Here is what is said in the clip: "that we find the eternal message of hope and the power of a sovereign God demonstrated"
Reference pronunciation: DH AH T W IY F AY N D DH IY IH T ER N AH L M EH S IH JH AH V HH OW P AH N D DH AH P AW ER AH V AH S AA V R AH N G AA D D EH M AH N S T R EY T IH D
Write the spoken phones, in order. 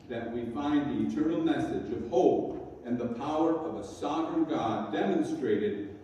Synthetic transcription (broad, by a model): DH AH T W IY F AY N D DH IY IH T ER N L M EH S IH JH AH V HH OW P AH N DH AH P AW ER AH V AH S AA V R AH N G AA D D EH M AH N S T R EY T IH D